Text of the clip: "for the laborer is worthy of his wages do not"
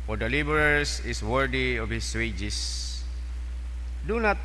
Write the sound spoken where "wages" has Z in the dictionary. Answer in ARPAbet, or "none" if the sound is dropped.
S